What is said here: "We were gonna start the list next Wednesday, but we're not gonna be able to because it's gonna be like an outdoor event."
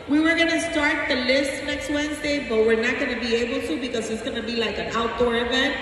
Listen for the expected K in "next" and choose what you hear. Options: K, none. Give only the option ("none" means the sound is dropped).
K